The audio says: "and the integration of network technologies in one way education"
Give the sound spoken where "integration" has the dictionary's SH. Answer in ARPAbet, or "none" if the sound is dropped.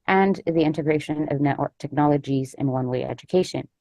SH